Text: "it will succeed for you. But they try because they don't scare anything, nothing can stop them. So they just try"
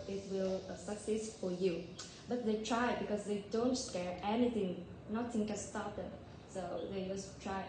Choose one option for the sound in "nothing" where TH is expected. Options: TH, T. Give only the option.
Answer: T